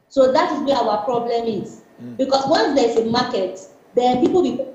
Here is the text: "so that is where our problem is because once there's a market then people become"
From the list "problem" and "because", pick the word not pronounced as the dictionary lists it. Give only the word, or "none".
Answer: because